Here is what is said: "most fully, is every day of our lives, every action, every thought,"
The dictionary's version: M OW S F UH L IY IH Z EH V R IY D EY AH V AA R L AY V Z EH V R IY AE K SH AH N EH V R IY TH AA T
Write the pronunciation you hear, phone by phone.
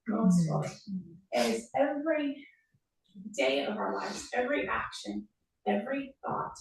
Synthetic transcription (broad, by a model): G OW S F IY IH Z EH V R IY D EY AH V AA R L AY V Z EH V R IY AE K SH AH N EH V R IY TH AA T